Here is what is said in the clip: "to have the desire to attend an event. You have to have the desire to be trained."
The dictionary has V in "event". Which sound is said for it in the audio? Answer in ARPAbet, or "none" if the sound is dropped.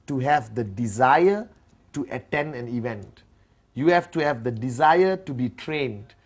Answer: V